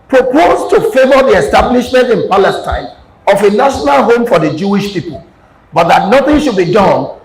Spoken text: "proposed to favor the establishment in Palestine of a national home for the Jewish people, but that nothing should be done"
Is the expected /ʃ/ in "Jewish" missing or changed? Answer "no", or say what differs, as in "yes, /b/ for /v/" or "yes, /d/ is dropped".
no